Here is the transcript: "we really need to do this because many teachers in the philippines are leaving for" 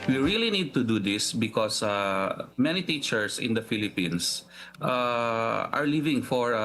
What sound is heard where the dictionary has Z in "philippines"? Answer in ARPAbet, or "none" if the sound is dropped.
S